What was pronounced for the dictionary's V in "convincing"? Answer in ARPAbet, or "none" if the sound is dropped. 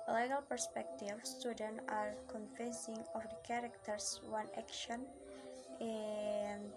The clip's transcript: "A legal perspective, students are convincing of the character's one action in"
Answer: F